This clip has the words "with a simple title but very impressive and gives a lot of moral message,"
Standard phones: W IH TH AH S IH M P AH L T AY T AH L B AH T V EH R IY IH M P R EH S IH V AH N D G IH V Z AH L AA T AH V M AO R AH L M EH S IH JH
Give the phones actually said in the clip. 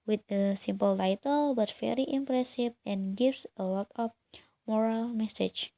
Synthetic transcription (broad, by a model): W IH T AH S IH M P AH L T AY T AH L B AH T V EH R IY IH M P R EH S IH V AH N G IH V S AH W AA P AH P M AO R AH L M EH S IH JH